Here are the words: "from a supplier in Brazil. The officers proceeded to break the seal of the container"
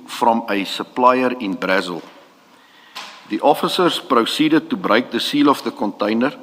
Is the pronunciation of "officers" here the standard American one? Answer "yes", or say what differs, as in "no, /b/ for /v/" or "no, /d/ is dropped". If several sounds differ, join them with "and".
no, /s/ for /z/